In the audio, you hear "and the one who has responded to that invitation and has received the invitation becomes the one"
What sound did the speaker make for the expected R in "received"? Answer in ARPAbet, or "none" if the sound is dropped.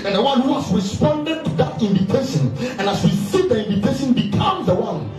W